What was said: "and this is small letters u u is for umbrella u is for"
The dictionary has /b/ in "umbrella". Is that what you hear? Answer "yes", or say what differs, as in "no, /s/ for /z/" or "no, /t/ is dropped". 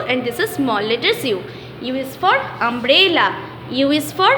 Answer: yes